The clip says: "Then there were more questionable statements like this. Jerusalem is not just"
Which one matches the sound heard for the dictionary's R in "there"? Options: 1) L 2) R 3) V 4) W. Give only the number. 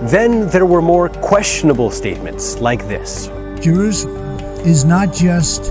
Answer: 2